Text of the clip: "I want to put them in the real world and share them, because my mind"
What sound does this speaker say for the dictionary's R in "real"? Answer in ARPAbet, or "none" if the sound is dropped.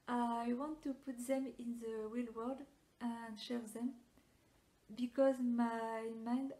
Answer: W